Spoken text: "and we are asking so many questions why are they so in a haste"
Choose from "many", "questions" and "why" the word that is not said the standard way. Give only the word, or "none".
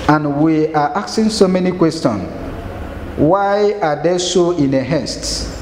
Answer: questions